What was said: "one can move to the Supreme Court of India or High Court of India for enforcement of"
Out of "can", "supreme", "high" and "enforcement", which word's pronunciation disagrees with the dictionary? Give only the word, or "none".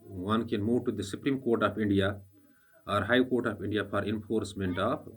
none